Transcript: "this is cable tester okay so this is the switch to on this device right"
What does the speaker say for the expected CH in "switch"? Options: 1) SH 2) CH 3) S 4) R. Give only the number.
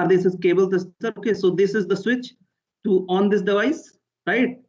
2